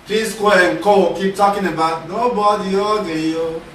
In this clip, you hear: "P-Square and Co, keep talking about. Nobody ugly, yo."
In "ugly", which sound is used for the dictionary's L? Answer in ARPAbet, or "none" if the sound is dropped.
none